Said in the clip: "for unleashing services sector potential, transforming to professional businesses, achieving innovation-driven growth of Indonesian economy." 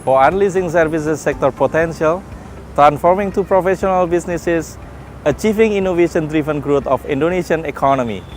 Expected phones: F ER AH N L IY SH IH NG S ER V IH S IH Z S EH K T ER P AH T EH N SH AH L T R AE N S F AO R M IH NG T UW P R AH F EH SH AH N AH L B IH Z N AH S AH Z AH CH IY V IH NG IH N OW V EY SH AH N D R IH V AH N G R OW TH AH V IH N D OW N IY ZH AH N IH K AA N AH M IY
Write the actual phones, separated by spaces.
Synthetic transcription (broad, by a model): F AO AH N L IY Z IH NG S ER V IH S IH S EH K T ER P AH T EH N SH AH L T R AE N S F AO R M IH NG T UW P R AH F EH SH AH N AH L B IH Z N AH S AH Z AH CH IY V IH NG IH N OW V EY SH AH N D R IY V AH N G R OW T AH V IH N D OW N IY SH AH N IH K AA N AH M IY